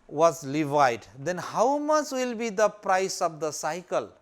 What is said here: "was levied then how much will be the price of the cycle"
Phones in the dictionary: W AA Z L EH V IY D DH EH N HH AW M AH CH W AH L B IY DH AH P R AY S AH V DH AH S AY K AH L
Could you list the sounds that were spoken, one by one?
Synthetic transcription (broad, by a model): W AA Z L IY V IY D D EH N HH AW M AH CH W AH L B IY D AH P R AY S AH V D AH S AY K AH L